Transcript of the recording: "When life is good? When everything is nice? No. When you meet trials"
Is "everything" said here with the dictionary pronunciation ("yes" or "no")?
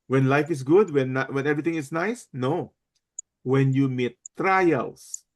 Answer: no